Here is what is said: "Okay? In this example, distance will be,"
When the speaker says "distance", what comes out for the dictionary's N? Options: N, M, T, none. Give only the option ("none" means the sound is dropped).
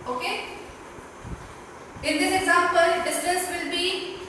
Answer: none